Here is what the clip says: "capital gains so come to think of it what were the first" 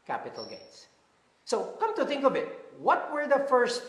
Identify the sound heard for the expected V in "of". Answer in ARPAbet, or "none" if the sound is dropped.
B